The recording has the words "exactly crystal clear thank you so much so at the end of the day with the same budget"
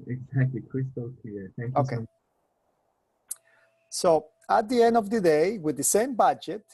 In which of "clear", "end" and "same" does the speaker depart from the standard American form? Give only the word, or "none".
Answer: clear